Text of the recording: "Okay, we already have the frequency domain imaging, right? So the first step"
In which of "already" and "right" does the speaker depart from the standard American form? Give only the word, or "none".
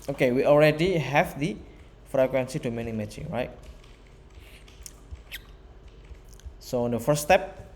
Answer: none